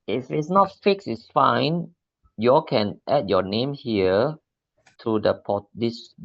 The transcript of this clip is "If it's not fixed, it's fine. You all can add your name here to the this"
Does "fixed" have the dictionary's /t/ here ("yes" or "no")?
no